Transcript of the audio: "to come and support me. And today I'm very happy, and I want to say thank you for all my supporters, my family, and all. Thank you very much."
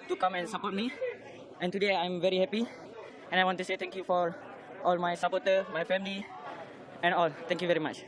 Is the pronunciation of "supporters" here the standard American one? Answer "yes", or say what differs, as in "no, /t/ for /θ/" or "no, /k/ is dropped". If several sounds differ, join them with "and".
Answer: no, /z/ is dropped